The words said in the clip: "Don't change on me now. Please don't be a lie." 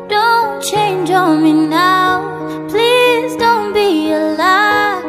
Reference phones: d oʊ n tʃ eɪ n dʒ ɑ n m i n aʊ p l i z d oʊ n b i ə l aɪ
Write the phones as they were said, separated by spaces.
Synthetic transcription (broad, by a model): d oʊ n tʃ eɪ n dʒ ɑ l m i n aʊ p l i z d oʊ n b i ə l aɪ